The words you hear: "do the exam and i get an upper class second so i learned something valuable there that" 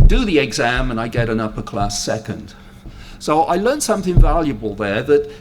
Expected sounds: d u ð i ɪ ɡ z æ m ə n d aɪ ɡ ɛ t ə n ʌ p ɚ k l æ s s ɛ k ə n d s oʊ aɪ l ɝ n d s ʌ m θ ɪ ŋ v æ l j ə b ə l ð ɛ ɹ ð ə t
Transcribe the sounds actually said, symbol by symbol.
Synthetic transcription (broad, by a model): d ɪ ð i ɪ ɡ z æ m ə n aɪ ɡ ɛ t ə n ʌ p ɚ k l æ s s ɛ k ə n d s oʊ aɪ l ɝ n s ʌ m θ ɪ ŋ v æ l j ə b ə l ð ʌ ɹ ð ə t